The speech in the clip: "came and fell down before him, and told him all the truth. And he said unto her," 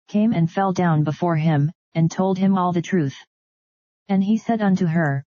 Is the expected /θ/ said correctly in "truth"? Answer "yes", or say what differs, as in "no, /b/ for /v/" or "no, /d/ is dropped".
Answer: yes